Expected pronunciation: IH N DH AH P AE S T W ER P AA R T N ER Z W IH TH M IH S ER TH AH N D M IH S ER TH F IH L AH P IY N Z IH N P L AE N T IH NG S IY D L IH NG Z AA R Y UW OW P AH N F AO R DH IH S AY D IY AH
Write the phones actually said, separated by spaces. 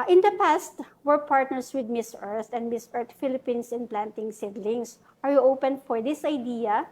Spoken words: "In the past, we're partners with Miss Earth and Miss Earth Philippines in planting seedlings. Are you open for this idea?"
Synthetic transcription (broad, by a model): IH N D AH P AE S T W ER P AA R T N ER S W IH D M IH S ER T AH N D M IH S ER T F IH L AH P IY N S IH N P L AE N T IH NG S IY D L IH NG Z AA R Y UW OW P AH N F AO R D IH S AY D IY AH